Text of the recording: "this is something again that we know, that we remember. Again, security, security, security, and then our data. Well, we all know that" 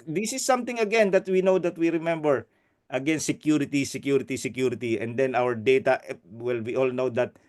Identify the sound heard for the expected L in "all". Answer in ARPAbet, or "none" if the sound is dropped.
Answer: L